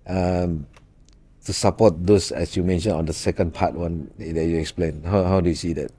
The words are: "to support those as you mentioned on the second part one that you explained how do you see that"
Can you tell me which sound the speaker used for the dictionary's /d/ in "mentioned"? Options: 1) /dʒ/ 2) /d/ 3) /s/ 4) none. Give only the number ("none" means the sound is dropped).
4